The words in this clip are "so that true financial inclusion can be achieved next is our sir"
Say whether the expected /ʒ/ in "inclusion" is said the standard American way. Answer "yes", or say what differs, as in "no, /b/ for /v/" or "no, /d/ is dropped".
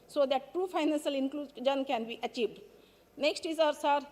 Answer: no, /z/ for /ʒ/